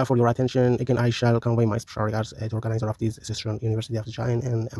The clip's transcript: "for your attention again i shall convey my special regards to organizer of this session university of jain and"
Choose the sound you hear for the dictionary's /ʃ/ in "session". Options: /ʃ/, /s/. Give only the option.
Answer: /s/